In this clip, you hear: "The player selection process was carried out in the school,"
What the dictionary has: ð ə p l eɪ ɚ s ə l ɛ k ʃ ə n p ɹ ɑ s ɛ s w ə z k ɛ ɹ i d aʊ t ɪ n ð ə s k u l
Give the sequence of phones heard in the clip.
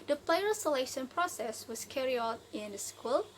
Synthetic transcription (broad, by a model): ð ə p l eɪ ɚ s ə l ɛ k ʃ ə n p ɹ ɑ s ɛ s w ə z k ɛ ɹ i aʊ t ɪ n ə s k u l